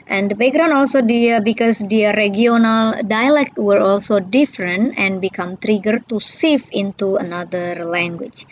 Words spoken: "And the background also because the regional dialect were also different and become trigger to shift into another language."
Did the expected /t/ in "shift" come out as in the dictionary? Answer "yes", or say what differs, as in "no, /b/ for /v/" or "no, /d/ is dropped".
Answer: no, /t/ is dropped